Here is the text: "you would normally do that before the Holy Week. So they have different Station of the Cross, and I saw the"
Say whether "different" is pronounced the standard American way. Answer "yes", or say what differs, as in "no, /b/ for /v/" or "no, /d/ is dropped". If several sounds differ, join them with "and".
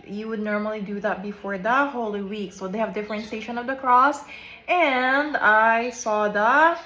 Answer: yes